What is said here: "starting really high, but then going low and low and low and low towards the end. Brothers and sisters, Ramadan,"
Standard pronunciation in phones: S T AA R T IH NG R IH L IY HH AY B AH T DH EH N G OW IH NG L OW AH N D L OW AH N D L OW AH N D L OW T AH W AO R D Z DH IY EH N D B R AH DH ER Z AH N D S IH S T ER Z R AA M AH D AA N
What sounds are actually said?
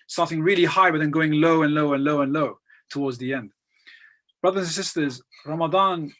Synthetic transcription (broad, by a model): S T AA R T IH NG R IH L IY HH AY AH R DH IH N G OW IH NG L OW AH N L OW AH N L OW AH N L OW T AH W AO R D Z DH IY EH N D B R AH DH ER Z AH N S IH S T ER Z R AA M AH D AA N